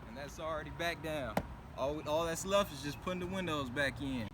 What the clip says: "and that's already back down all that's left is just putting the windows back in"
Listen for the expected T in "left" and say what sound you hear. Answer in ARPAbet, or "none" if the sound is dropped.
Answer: none